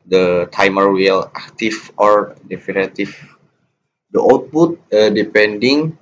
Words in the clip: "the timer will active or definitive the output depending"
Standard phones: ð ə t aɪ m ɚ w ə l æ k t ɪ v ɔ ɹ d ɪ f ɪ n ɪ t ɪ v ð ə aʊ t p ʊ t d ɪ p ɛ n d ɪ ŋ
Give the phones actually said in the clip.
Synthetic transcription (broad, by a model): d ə t aɪ m ɚ w ə l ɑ k t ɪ f ɔ ɹ d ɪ f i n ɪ t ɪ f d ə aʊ t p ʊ t d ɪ p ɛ n d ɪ ŋ